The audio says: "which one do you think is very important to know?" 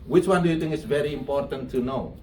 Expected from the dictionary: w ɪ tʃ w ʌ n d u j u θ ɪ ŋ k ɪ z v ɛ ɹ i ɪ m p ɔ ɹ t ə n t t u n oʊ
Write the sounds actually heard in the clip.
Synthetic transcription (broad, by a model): w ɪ tʃ w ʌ n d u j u t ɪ ŋ ɪ s v ɛ ɹ i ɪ m p ɔ ɹ t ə n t t u n oʊ